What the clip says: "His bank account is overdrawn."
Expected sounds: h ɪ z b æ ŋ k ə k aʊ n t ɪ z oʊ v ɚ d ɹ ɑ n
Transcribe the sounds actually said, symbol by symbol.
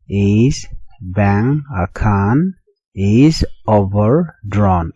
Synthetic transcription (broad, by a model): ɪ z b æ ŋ ə k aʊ n ɪ z oʊ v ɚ d ɹ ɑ n